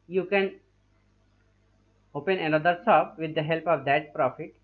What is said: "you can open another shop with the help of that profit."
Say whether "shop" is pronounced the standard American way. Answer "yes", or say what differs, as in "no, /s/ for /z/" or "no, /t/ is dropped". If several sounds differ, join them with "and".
no, /s/ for /ʃ/